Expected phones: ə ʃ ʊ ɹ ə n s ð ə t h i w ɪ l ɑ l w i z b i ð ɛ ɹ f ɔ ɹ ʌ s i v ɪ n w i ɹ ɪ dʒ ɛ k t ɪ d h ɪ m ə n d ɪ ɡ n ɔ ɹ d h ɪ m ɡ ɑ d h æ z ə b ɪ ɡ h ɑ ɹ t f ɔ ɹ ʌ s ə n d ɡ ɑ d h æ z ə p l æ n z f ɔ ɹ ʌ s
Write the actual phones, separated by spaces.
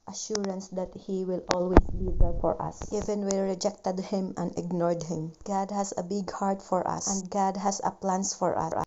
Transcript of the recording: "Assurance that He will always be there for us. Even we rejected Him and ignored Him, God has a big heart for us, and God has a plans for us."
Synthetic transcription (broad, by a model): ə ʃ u ɹ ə n s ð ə t h i w ɪ l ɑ l w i s b i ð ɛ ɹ f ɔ ɹ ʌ s i v ɪ n w i ɹ ɪ dʒ ɛ k t ɪ d h ɪ m ə n d ɪ ɡ n ɔ ɹ d h ɪ m ɡ ɑ d h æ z ə b ɪ ɡ h ɑ ɹ t f ɔ ɹ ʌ s ə n d ɡ ɑ d h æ s ə p l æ n s f ɔ ɹ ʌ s